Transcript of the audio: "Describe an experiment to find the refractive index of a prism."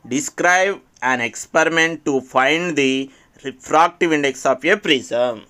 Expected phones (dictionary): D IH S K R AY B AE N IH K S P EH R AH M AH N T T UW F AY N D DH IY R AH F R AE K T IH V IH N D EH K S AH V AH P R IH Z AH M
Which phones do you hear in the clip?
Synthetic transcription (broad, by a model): D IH S K R AY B AE N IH K S P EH R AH M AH N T T UW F AY N D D IY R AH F R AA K T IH V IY N D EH K S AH P AH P R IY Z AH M